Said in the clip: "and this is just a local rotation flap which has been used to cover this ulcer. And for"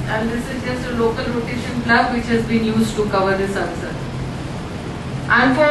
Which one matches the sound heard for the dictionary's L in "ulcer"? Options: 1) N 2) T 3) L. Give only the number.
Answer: 1